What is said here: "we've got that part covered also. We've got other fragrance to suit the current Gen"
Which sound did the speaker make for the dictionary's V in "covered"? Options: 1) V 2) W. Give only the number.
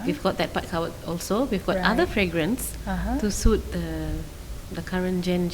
2